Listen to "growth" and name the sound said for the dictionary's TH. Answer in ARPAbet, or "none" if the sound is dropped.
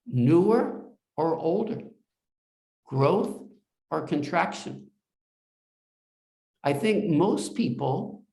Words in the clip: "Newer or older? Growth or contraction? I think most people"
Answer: TH